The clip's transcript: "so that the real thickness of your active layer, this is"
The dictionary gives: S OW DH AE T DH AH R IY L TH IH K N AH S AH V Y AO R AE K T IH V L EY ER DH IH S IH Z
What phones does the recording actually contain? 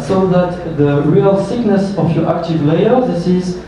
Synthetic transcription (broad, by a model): S OW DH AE T DH AH R IY L S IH K N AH S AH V Y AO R AE K T IH V L EY ER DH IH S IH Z